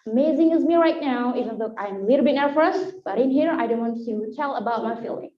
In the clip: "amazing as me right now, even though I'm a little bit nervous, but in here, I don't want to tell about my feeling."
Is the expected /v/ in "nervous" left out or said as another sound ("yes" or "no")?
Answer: yes